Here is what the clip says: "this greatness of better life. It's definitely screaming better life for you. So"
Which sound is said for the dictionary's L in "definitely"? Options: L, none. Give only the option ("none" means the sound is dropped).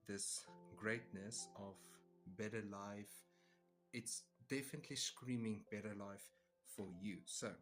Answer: L